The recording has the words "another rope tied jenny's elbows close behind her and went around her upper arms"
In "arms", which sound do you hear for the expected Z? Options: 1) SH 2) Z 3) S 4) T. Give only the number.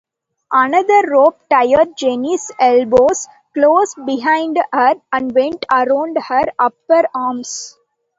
3